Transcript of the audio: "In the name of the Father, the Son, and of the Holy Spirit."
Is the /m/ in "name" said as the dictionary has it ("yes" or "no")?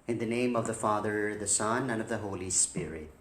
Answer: yes